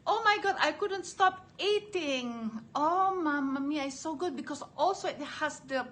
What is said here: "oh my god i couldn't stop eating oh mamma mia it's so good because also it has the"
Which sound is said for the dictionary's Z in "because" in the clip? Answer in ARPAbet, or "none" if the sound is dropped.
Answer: S